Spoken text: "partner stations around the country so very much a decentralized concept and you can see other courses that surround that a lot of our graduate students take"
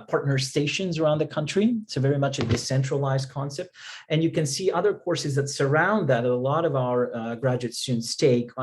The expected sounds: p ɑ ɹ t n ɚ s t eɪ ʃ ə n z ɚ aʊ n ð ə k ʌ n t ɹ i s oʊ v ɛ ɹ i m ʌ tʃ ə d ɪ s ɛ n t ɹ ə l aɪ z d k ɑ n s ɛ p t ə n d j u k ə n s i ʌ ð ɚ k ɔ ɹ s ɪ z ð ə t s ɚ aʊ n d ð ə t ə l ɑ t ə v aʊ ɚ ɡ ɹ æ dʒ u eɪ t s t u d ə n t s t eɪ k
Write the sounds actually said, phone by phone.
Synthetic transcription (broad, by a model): p ɑ ɹ t n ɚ s t eɪ ʃ ə n z ɚ aʊ n ð ə k ʌ n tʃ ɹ i s oʊ v ɛ ɹ i m ʌ tʃ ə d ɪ s ɛ n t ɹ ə l aɪ z d k ɑ n s ɛ p t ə n j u k ə n s i ʌ ð ɚ k ɔ ɹ s ɪ z ð ə t s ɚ aʊ n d ð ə t ə l ɑ t ə v aʊ ɚ ɡ ɹ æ dʒ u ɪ t s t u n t s t eɪ k